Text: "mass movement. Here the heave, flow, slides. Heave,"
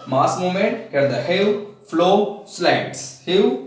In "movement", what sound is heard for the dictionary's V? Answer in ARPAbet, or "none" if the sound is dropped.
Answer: none